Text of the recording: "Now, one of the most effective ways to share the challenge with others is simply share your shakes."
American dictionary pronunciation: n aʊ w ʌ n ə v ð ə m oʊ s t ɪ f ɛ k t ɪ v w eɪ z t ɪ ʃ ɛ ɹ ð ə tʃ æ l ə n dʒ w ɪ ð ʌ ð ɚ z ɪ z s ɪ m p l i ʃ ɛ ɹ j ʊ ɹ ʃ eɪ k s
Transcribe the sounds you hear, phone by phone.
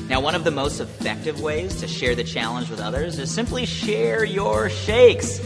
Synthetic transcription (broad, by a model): n aʊ w ʌ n ə v ð ə m oʊ s t ɪ f ɛ k t ɪ v w eɪ z t ɪ ʃ ɛ ɹ ð ə tʃ æ l ə n dʒ w ɪ ð ʌ ð ɚ z ɪ z s ɪ m p l i ʃ ɛ ɹ j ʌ ɹ ʃ eɪ k s